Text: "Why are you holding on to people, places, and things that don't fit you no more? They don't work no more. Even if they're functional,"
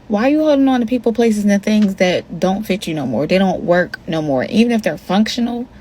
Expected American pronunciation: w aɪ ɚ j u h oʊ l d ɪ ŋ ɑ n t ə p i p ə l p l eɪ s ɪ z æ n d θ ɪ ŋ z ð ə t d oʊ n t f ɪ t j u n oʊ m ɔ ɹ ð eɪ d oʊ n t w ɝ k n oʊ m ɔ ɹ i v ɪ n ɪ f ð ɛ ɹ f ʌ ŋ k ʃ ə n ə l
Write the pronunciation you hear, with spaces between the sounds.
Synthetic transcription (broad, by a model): w aɪ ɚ j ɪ h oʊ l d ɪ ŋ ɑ n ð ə p i p l p l eɪ s ɪ z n θ ɪ ŋ z ð ə t d oʊ n t f ɪ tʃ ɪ n oʊ m ɔ ɹ ð eɪ d oʊ n t w ɝ k n oʊ m ɔ ɹ i v ɪ n ɪ f ð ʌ ɹ f ʌ ŋ k ʃ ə n l